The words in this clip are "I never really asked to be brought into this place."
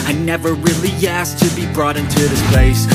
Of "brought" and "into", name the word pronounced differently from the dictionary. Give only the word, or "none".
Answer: none